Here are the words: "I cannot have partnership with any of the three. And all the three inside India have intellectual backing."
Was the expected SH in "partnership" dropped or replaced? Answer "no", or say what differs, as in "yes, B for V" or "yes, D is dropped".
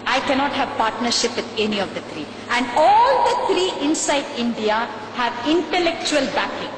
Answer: no